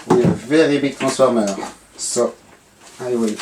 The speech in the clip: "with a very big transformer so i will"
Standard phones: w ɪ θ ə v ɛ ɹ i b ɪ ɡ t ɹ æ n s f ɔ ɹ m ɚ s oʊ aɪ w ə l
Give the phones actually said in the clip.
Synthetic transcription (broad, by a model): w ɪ ə v ɛ ɹ i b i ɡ t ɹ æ s f ɔ ɹ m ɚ s oʊ aɪ w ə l